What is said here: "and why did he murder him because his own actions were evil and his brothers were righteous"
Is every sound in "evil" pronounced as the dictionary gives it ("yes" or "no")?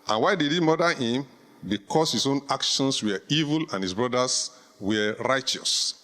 yes